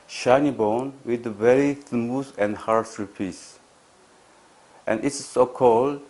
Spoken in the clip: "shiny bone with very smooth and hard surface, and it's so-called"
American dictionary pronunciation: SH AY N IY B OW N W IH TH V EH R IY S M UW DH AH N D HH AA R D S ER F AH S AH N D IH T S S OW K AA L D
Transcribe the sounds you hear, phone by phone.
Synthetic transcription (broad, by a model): SH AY N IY B OW N W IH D V EH R IY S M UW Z AH N D HH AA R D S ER P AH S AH N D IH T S S OW K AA L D